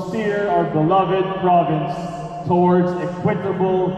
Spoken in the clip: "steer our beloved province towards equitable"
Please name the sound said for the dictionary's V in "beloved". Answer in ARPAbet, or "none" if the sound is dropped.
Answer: V